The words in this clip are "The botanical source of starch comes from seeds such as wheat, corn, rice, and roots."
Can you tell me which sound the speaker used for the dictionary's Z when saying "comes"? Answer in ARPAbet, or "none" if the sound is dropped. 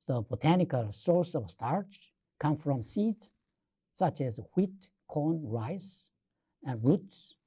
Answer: none